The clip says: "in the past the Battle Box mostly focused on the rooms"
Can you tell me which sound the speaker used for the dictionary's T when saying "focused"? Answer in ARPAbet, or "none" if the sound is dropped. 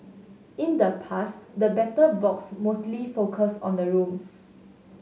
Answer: none